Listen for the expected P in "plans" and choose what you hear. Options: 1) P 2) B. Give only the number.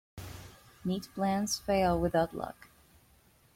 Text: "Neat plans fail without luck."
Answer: 2